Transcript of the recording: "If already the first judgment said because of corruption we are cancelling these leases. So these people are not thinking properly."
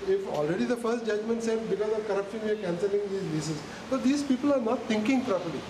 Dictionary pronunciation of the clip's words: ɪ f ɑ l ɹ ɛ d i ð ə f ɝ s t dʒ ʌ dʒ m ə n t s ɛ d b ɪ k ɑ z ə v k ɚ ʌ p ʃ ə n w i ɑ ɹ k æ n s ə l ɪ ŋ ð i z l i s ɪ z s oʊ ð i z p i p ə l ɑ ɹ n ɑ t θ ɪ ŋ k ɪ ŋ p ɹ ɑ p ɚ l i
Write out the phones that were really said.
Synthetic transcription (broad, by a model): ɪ f ɑ l ɹ ɛ d i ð ə f ɝ s t dʒ ʌ dʒ m ə n t s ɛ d b ɪ k ɑ z ə v k ɚ ʌ p ʃ ə n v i ɑ ɹ k æ n s ə l ɪ ŋ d i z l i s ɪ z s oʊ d i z p i p ə l ɑ ɹ n ɑ t t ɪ ŋ k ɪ ŋ p ɹ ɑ p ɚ l i